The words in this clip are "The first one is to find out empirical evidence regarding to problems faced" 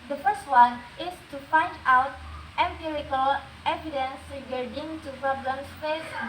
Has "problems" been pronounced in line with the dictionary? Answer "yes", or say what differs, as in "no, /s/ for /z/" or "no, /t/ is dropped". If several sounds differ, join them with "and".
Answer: no, /s/ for /z/